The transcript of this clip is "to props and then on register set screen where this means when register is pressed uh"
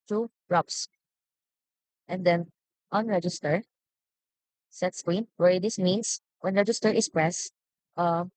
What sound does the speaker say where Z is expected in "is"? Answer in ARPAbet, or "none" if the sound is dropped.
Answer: S